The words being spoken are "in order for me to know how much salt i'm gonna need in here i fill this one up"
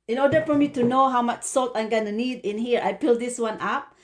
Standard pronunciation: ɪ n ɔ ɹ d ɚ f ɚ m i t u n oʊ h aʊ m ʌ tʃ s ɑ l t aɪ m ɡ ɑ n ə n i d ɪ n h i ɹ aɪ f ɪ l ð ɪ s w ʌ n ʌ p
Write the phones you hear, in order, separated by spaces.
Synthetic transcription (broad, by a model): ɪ n ɔ d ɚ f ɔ m i t u n oʊ h aʊ m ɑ tʃ s ɑ l t aɪ m ɡ ɑ n ə n i d ɪ n h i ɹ aɪ p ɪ l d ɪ s w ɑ n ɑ p